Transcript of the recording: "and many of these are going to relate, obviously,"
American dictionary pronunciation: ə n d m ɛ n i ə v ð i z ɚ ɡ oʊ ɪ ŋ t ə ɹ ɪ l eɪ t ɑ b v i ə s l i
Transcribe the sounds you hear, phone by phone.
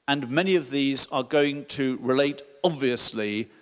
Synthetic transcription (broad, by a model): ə n m ɛ n i ə v ð i z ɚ ɡ oʊ ɪ ŋ t ə ɹ ɪ l eɪ t ɑ b v i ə s l i